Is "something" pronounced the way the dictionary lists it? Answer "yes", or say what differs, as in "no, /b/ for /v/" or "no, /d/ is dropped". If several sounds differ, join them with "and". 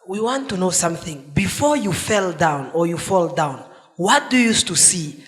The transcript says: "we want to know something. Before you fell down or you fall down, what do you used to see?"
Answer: yes